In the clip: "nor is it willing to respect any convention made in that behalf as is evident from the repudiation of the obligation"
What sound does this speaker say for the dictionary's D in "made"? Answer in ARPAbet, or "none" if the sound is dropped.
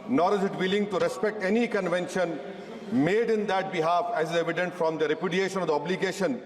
D